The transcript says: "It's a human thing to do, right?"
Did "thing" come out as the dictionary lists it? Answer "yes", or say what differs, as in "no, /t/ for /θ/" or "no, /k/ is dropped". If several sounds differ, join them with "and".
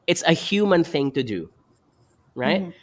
yes